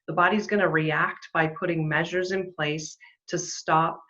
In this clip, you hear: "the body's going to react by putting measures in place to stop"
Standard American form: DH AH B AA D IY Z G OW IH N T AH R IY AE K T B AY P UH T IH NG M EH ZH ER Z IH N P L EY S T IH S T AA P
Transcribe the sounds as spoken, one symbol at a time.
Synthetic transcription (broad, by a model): DH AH B AA D IY Z G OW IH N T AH R IY AE K T B AY P UH T IH NG M EH ZH ER Z IH N P L EY S T IH S T AA P